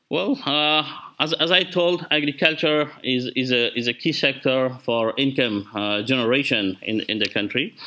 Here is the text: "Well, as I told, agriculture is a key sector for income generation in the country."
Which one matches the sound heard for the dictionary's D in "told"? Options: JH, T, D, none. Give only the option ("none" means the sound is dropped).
D